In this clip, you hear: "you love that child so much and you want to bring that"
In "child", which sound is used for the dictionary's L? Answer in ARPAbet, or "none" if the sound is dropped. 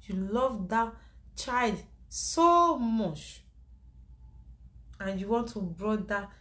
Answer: L